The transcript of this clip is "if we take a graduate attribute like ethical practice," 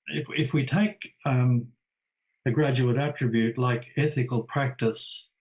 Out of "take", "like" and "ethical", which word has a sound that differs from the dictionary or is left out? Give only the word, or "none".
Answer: none